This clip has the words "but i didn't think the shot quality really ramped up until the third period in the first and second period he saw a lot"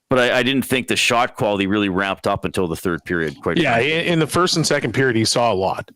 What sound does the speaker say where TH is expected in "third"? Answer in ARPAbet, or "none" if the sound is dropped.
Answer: TH